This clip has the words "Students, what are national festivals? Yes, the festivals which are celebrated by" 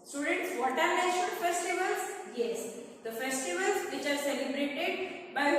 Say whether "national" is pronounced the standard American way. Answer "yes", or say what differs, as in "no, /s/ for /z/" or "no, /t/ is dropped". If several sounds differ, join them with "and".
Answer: no, /n/ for /l/